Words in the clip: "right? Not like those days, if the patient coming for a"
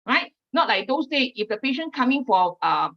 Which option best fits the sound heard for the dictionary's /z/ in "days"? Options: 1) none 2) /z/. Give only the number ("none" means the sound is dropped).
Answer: 1